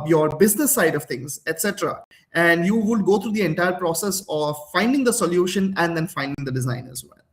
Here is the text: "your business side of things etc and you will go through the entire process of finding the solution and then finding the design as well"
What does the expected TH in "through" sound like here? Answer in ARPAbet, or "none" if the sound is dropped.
T